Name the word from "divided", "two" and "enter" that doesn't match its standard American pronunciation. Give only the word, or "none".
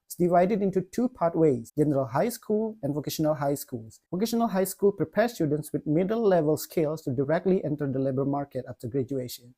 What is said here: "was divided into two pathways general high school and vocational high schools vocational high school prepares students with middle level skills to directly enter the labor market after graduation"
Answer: none